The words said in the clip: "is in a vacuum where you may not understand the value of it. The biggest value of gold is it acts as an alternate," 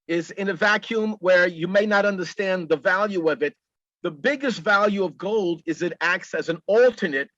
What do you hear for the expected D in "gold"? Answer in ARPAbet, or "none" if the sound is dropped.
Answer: D